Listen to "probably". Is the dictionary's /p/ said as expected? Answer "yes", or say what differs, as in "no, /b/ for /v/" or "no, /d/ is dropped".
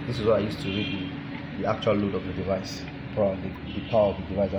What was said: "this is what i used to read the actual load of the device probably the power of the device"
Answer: no, /f/ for /p/